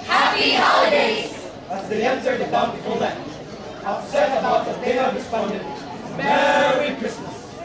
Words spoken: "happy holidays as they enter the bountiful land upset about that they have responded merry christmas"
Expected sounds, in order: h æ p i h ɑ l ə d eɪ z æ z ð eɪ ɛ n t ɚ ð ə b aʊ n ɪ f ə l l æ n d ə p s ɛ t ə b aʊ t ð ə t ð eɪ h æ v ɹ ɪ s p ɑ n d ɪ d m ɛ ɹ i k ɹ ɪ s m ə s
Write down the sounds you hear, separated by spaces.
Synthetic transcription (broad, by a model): h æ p i h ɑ l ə d eɪ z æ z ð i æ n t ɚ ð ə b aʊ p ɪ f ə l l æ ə s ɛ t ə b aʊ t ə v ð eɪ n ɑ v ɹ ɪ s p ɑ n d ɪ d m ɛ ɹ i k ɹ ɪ s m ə s